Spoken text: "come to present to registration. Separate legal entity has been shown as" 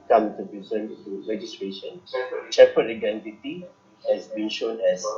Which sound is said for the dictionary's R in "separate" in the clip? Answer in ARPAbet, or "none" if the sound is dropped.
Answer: none